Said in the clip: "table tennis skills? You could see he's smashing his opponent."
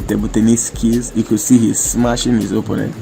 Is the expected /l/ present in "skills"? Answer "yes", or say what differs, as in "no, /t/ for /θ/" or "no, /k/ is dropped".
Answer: no, /l/ is dropped